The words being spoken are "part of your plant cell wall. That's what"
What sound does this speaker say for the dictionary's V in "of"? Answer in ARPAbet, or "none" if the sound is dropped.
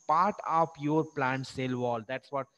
P